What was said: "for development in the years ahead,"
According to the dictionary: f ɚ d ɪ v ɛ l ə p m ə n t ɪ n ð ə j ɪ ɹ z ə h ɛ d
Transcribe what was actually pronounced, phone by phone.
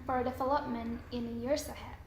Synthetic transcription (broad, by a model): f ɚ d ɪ f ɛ l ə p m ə n ɪ n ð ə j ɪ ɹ s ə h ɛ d